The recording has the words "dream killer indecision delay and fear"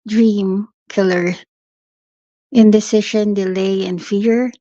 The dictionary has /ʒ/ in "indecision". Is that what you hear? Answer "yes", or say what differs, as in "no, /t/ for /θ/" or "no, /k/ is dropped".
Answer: no, /ʃ/ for /ʒ/